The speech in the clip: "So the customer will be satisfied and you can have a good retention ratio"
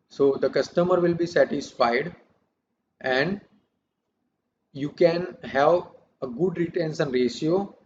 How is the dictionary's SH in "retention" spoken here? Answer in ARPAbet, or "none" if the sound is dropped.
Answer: S